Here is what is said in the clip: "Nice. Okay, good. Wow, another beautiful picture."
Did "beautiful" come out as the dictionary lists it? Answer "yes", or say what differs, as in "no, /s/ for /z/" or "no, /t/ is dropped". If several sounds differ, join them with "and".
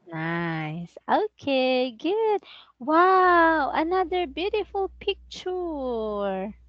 yes